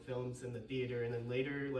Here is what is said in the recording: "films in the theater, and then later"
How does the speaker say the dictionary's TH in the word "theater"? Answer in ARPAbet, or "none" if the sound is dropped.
TH